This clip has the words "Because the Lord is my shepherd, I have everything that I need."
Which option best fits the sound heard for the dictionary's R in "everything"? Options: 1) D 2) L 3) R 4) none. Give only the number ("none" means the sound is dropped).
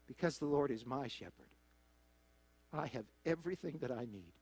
3